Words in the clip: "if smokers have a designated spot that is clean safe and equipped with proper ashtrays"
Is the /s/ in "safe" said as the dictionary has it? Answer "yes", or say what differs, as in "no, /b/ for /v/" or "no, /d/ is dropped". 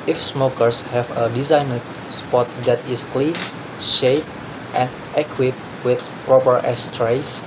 no, /ʃ/ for /s/